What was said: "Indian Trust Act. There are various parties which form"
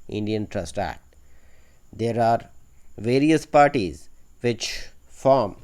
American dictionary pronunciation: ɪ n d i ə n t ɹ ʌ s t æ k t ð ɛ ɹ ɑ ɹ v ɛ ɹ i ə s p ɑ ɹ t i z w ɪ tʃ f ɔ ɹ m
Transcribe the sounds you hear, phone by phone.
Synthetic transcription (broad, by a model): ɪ n d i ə n t ɹ ʌ s t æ t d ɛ ɹ ɑ ɹ v ɛ ɹ i ə s p ɑ ɹ t i z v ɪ tʃ f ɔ ɹ m